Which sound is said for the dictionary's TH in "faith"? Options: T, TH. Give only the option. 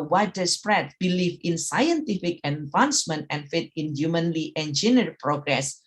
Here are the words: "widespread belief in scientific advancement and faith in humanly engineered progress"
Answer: T